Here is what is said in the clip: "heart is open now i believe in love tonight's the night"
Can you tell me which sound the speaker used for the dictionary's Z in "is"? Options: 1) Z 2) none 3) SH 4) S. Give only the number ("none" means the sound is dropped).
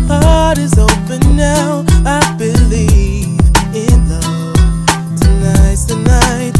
1